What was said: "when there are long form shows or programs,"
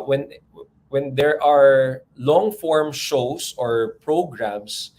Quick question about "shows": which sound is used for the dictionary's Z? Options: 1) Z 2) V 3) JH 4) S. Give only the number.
4